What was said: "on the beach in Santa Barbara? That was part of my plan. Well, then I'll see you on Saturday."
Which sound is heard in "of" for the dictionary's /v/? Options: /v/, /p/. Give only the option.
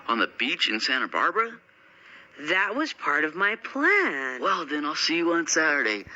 /v/